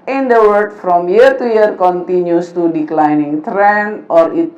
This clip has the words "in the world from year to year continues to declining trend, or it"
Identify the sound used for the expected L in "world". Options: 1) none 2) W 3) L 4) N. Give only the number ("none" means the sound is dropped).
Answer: 1